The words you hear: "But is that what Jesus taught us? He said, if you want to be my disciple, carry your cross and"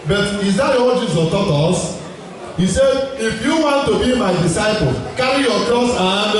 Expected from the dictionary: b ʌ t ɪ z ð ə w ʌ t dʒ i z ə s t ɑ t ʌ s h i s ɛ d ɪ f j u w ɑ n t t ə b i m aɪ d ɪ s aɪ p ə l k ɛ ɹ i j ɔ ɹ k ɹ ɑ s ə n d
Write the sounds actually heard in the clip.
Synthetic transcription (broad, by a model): b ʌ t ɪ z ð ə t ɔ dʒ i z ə t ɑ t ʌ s h i s ɛ d ɪ f j u w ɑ n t t ə b i m aɪ d ɪ s aɪ p ə l k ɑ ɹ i j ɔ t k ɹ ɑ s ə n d